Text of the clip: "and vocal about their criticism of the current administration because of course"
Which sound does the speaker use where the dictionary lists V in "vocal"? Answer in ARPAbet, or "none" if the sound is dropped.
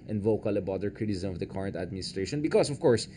V